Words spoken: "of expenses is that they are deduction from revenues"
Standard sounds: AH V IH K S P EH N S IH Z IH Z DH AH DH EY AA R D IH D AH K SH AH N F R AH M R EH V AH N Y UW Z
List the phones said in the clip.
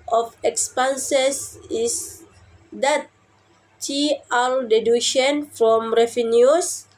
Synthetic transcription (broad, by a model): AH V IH K S P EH N S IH S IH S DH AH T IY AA L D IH D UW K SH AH N F R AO M R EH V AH N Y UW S